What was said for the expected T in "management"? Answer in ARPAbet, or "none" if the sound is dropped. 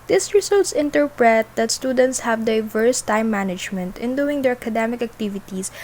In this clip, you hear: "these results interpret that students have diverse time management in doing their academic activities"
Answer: T